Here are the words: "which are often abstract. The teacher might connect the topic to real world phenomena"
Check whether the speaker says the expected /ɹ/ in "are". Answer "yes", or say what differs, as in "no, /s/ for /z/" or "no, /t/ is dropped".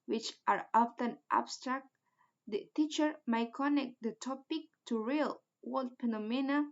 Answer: yes